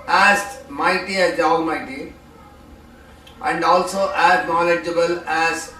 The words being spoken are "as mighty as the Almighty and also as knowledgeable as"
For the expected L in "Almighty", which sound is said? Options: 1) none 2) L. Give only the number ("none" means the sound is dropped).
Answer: 1